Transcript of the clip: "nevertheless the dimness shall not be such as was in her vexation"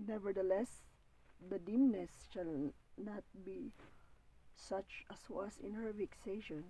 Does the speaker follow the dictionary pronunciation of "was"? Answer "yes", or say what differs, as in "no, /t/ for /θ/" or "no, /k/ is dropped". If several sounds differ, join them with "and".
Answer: no, /s/ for /z/